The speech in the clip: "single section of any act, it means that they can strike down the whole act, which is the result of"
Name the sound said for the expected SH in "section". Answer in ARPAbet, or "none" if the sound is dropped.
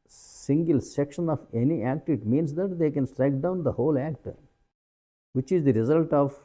SH